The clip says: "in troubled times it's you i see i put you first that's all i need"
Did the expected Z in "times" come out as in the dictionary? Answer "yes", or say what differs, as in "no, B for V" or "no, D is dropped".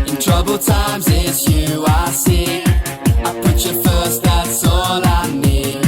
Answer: yes